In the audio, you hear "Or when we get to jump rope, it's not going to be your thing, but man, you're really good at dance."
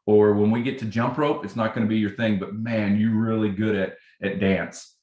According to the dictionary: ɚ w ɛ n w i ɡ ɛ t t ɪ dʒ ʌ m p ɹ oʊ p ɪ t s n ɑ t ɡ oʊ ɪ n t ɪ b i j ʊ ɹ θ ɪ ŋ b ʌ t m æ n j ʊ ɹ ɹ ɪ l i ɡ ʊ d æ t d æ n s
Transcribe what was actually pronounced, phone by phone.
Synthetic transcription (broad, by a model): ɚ w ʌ n w i ɡ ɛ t t ɪ dʒ ʌ m p ɹ oʊ p ɪ t s n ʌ t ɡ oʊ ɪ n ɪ b i j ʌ ɹ θ ɪ ŋ b ʌ t m æ n j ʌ ɹ ɹ ɪ l i ɡ ʊ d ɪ t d æ n s